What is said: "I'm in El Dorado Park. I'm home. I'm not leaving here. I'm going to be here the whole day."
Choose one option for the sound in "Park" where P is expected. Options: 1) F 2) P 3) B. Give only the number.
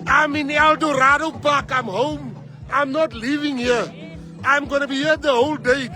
3